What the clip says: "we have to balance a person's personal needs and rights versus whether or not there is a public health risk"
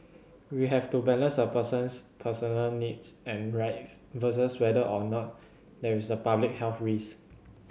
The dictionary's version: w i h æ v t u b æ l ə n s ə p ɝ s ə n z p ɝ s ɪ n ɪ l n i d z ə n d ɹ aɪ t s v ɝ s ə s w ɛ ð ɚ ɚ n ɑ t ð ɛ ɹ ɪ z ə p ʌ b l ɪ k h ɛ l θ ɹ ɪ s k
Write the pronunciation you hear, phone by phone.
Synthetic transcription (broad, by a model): w i h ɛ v t u b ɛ l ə n s ə p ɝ s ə n s p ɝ s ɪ n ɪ l n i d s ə n ɹ aɪ t s v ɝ s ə s w ɛ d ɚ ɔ n ɑ t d ɛ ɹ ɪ s ə p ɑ b l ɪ k h ɛ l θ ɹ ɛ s